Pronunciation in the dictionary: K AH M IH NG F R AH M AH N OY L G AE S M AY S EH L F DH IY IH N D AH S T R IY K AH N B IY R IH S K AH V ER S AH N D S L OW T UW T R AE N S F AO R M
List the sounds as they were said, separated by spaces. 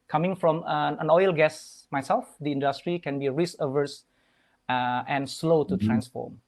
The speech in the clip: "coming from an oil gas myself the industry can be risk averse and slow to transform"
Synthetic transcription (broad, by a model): K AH M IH NG F R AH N AH N OY L G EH S M AY S EH L F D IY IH N D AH S T R IY K AH N B IY R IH S AH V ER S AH N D S L OW T UW T R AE N S F AO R M